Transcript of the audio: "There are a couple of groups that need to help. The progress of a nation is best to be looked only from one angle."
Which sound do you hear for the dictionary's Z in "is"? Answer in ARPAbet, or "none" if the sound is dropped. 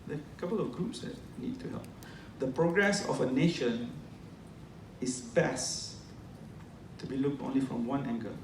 S